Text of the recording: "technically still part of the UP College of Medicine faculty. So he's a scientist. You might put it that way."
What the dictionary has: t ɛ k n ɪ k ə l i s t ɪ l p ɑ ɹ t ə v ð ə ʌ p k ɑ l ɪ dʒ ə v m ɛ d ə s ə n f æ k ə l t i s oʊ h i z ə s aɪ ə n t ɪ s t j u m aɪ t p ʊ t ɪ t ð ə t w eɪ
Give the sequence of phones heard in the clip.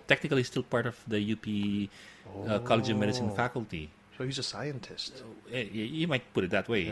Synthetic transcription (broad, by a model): t ɛ k n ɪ k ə l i s t ɪ l p ɑ ɹ t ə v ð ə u p k ɑ l ɪ dʒ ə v m ɛ d ə s ə n f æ k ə l t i s oʊ h i z ə s aɪ ə n t ɪ s t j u m aɪ t p ʊ t ɪ t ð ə t w eɪ